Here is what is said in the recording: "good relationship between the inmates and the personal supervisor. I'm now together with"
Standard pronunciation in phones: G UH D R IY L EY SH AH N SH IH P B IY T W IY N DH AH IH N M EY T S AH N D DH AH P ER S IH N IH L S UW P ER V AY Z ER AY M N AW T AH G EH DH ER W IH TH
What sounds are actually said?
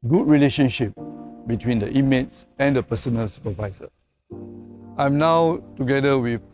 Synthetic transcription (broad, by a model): G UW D R IY L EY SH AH N SH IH P B IY T W IY N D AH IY M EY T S AH N D AH P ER S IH N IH L S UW P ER V AY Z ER AY M N AW T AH G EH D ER W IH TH